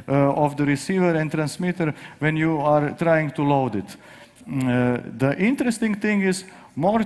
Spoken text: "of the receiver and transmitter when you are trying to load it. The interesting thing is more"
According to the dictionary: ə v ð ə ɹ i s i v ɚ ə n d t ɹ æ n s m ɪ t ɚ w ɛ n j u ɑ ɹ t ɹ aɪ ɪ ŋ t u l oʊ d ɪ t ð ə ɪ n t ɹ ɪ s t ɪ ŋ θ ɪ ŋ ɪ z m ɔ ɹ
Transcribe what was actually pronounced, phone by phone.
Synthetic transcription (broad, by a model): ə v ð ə ɹ i s i v ɚ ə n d t ɹ æ n s m ɪ t ɚ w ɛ n j u ɑ ɹ t ɹ aɪ ɪ ŋ t u l oʊ d ɪ t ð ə ɪ n t ɹ ɪ s t ɪ ŋ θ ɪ ŋ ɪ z m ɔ ɹ